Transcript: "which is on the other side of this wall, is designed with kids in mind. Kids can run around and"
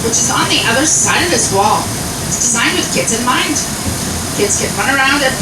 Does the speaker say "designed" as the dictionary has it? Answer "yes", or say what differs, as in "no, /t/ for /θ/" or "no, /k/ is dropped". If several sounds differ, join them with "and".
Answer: yes